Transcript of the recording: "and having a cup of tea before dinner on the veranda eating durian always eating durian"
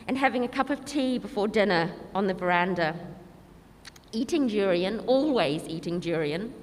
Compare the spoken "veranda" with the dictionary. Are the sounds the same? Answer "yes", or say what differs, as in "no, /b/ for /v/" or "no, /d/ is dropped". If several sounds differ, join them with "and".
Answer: yes